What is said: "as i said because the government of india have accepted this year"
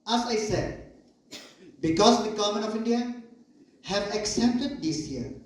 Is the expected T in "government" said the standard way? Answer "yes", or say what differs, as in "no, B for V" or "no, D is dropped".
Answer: no, T is dropped